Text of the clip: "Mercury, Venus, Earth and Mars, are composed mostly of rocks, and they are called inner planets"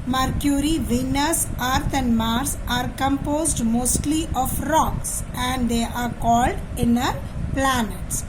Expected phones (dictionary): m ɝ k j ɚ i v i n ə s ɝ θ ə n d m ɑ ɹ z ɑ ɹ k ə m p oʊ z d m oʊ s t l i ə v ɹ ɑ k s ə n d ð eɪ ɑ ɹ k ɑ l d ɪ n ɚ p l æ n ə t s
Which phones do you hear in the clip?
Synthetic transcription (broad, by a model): m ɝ k j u i v i n ə s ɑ t ə n d m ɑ ɹ s ɑ ɹ k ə m p oʊ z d m oʊ s t l i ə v ɹ ɑ k s ə n d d eɪ ɑ ɹ k ɑ l d ɪ n ɚ p l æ n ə t s